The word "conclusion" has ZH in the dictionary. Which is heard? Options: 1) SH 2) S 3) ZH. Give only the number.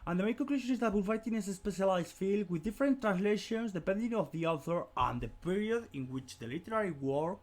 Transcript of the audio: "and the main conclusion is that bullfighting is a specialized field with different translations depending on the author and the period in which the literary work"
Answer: 1